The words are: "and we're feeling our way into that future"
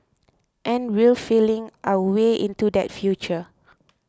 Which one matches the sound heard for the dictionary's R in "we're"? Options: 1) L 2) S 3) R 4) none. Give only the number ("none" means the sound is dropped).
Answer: 1